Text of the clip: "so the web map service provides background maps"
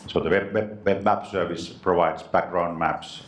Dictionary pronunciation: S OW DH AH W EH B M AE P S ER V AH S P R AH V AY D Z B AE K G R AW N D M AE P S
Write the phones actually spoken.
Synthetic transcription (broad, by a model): S OW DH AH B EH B M AE P S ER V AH S P R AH V AY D S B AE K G R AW N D M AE P S